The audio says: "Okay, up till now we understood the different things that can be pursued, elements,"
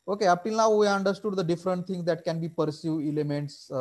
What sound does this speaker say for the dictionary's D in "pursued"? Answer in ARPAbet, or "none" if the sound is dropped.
none